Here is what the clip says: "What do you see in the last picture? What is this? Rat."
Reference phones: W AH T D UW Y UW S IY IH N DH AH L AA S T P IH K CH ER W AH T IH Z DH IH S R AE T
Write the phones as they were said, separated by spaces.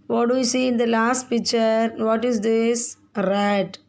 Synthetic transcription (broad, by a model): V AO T D UW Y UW S IY IH N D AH L AA S T P IH K CH ER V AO T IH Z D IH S R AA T